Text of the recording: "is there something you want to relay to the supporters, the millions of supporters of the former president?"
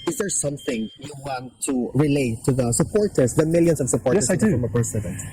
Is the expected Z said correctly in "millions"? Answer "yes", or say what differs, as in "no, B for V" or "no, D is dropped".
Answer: no, S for Z